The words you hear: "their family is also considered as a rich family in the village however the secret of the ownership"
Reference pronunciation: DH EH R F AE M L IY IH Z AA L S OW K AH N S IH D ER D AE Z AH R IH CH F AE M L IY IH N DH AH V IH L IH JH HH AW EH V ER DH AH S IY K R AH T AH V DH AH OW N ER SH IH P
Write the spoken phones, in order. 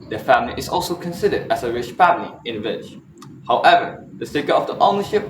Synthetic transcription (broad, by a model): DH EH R F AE M L IY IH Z AA L S OW K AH N S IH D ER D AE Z AH R IH CH F AE M L IY IH N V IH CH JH HH AW EH V ER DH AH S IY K AH AH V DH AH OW N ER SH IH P